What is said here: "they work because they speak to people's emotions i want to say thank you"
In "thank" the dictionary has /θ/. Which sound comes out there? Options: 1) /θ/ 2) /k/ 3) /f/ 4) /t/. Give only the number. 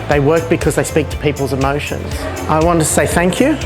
1